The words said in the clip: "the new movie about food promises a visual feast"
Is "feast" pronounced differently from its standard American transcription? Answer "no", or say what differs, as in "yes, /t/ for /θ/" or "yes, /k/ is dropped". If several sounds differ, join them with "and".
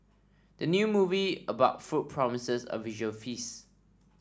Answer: yes, /t/ is dropped